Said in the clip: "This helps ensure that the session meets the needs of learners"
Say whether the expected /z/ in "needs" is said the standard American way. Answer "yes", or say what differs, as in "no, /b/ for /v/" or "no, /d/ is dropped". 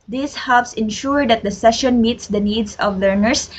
no, /s/ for /z/